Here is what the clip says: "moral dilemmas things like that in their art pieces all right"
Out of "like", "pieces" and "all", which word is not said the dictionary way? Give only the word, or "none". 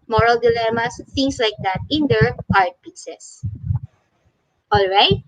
pieces